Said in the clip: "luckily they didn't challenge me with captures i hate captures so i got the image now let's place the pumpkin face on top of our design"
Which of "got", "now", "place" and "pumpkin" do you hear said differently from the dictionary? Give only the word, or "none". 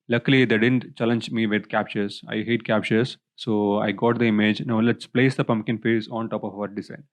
none